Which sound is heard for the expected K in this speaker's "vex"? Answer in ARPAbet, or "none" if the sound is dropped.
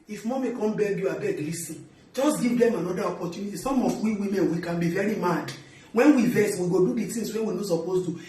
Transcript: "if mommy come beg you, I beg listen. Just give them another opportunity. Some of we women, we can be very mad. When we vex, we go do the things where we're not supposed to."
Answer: none